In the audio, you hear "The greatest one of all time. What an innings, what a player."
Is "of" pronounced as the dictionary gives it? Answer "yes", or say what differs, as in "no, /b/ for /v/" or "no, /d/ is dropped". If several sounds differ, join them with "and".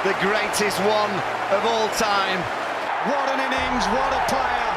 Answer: yes